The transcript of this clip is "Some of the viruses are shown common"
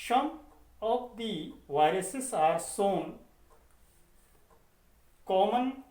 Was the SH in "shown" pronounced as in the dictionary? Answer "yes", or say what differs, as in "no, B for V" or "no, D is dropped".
no, S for SH